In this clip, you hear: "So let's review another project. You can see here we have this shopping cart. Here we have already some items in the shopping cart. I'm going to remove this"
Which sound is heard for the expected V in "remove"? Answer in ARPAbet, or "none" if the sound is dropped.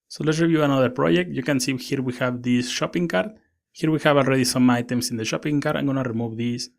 V